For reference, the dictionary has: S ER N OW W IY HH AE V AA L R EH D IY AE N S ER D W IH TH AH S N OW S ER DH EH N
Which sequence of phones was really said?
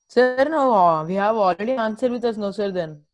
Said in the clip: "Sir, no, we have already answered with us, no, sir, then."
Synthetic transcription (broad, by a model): S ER N OW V IY HH AE V AA L R EH D IY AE N S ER D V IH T AH S N OW S ER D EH N